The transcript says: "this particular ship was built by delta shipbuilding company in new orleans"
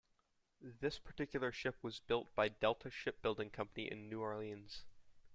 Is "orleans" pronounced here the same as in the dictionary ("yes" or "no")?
yes